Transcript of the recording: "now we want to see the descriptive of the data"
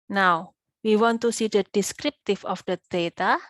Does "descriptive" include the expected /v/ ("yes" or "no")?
no